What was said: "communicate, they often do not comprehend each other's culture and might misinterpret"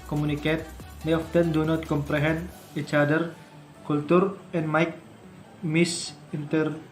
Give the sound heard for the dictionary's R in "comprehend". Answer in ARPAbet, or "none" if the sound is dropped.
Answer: R